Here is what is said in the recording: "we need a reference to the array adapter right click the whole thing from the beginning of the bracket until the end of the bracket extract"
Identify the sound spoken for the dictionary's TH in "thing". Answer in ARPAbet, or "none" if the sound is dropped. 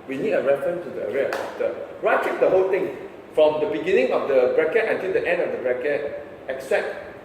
T